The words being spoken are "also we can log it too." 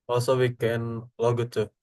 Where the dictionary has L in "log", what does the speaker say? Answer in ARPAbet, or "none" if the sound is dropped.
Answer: L